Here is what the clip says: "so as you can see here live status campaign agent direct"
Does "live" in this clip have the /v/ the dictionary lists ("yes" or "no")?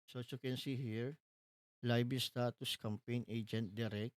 no